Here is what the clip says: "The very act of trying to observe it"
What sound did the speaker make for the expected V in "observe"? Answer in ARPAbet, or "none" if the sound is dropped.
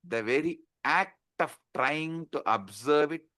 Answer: V